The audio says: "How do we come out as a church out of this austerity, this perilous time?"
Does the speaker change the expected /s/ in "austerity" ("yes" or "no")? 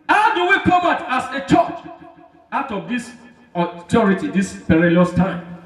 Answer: yes